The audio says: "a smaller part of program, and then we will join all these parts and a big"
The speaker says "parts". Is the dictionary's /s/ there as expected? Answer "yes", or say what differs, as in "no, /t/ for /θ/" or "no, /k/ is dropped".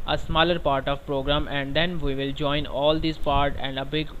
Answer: no, /s/ is dropped